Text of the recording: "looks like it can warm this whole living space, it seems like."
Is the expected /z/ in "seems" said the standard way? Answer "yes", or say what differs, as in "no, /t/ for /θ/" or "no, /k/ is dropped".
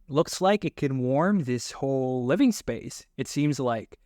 yes